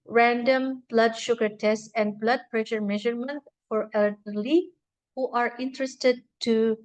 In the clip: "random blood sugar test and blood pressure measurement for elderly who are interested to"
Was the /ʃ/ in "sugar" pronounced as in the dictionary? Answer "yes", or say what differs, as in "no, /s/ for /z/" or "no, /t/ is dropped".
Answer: yes